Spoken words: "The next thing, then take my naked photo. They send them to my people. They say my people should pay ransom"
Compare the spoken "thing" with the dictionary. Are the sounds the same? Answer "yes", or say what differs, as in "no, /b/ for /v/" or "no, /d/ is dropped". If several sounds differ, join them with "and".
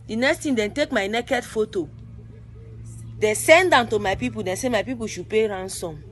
no, /t/ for /θ/